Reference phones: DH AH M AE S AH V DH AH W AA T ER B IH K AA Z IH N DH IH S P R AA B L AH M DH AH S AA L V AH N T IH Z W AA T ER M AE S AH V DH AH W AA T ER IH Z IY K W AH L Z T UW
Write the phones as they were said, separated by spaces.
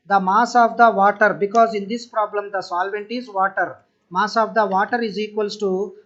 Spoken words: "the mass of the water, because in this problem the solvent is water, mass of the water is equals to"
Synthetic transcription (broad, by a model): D AH M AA S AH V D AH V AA T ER B IH K AA Z IH N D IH S P R AA B L AH M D AH S AA L V AH N T IH Z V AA T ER M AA S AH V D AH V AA T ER IH Z IY K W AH L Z T UW